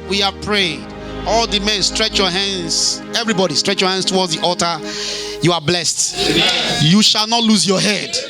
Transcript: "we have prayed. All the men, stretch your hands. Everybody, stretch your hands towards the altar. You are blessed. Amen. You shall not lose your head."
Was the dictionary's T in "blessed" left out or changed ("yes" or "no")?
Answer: no